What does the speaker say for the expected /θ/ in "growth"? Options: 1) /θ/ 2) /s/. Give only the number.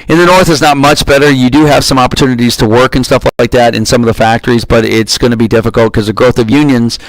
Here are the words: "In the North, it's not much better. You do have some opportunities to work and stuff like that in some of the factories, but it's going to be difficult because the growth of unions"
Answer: 1